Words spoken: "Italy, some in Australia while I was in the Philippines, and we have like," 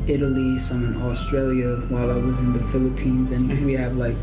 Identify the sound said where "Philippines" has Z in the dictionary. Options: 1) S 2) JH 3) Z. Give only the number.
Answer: 3